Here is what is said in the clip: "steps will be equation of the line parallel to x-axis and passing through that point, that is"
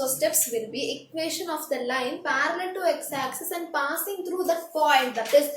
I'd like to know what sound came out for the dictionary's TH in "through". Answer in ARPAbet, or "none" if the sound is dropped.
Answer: T